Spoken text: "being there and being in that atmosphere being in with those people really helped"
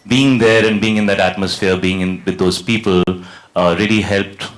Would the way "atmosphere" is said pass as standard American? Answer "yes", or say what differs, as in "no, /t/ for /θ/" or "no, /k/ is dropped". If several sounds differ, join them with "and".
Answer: yes